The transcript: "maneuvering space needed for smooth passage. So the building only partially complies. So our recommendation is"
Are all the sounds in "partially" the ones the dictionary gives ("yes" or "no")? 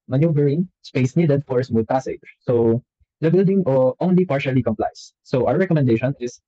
yes